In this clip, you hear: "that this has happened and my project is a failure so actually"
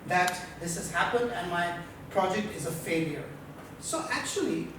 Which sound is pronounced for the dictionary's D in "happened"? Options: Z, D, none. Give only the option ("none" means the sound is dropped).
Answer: D